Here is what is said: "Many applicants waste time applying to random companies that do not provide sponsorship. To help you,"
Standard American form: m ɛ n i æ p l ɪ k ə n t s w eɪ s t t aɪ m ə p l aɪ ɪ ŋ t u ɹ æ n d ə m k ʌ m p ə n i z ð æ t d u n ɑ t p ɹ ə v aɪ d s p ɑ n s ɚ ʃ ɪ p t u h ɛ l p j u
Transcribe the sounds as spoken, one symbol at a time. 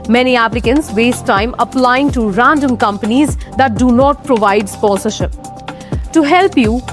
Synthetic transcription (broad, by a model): m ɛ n i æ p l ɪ k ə n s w eɪ s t t aɪ m ə p l aɪ ɪ ŋ t u ɹ æ n d ə m k ʌ m p ə n i z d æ t d u n ɑ t p ɹ ə v aɪ d s p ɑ l s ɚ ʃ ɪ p t u h ɛ l p j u